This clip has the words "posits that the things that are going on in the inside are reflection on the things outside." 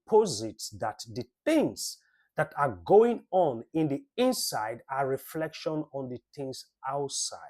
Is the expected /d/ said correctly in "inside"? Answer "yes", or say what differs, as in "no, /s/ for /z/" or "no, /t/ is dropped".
yes